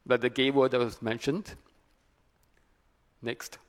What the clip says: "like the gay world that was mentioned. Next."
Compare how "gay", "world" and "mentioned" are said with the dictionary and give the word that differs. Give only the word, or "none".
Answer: world